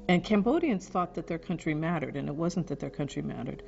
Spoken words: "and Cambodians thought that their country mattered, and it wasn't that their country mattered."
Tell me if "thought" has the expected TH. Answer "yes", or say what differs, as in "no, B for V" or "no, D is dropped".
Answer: yes